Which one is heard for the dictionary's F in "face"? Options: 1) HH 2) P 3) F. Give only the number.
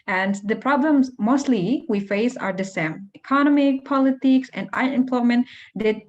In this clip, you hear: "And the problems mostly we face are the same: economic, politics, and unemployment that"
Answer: 3